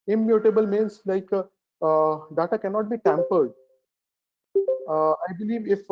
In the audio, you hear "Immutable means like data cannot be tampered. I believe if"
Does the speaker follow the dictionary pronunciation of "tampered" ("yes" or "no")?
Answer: yes